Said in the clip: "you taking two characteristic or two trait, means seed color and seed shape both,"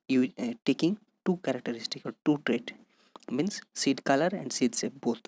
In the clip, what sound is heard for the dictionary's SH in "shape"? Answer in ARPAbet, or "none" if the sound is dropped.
S